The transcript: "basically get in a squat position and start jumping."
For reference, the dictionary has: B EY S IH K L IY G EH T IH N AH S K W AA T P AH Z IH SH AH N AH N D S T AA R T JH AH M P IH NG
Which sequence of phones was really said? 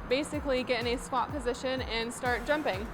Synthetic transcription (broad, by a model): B EY S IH K L IY G EH T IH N AH S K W AA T P AH Z IH SH AH N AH N S T AA R T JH AH M P IH NG